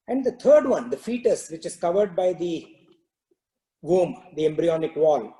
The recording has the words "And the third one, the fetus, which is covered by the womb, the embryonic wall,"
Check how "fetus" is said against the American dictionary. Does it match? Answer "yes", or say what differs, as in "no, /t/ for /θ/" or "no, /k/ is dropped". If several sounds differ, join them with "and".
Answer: yes